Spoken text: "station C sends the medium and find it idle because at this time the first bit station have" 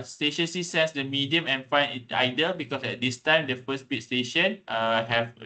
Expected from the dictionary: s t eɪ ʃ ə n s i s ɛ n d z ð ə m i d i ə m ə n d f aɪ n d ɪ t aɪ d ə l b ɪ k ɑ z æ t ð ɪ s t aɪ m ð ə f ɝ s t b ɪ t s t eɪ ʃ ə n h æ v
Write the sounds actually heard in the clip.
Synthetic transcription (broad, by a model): s t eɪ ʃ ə n s i s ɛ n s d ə m i d i ə m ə n f aɪ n ɪ t aɪ d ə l b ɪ k ɑ s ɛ t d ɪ s t aɪ m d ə f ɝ s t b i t s t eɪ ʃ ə n h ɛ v